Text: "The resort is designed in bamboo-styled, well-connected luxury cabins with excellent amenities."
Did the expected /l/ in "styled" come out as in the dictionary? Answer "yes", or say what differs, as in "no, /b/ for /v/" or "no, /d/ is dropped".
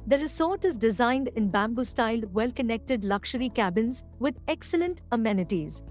yes